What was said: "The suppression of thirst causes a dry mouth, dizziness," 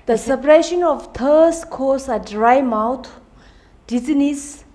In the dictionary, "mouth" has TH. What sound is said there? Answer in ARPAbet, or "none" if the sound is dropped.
T